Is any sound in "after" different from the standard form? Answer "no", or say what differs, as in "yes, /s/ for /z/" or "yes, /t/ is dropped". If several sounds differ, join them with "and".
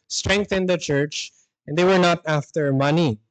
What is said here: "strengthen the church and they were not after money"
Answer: no